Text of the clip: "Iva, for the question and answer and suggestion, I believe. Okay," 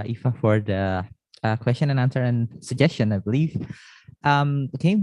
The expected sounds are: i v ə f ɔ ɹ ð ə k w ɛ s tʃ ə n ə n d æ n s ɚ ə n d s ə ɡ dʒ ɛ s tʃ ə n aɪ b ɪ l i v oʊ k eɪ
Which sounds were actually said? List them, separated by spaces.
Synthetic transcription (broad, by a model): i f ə f ɔ ɹ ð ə k w ɛ s tʃ ə n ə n æ n s ɚ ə n s ə ɡ dʒ ɛ s tʃ ə n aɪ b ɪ l i f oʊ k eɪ